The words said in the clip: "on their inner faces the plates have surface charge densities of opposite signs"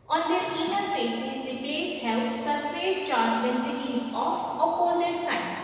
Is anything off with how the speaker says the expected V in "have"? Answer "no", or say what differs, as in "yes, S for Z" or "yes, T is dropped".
yes, P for V